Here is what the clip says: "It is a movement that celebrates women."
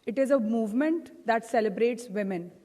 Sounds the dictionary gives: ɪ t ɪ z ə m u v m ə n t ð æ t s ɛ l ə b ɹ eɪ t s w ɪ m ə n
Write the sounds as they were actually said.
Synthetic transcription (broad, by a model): ɪ t ɪ z ə m u v m ə n t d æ t s ɛ l ə b ɹ eɪ t s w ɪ m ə n